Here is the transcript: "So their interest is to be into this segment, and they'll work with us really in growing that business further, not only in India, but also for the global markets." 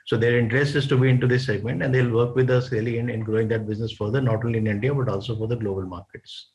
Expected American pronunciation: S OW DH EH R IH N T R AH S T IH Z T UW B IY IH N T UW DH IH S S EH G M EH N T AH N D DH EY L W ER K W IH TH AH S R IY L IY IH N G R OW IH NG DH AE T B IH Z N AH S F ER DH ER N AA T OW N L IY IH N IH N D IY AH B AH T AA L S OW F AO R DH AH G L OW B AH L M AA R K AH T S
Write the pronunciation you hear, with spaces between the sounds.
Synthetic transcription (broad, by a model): S OW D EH R IH N T R AH S T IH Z T UW B IY IH N T UW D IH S S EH G M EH N T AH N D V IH L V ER K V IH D AH S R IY L IY IH N G R OW IH NG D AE T B IH Z N AH S F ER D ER N AA T OW N L IY IH N IH N D IY AH B AH T AA L S OW F AO R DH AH G L OW B AH L M AA R K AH T S